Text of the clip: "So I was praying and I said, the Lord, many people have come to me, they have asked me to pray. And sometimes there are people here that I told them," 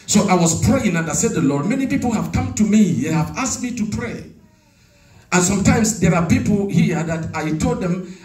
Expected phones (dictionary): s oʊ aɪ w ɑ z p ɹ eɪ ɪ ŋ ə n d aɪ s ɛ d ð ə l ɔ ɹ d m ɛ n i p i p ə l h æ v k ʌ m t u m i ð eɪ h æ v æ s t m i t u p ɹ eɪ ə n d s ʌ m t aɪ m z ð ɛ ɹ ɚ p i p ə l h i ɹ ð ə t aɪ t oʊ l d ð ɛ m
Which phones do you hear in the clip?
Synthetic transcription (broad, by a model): s oʊ aɪ w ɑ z p ɹ eɪ ɪ ŋ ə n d aɪ s ɛ d ð ə l ɔ ɹ d m ɛ n i p i p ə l h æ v k ʌ m t u m i ð eɪ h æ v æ s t m i t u p ɹ eɪ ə n s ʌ m t aɪ m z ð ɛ ɹ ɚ p i p l h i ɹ ð ə t aɪ t oʊ l d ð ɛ m